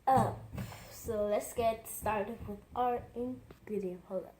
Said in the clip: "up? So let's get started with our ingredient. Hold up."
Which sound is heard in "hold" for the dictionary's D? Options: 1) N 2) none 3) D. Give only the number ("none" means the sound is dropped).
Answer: 2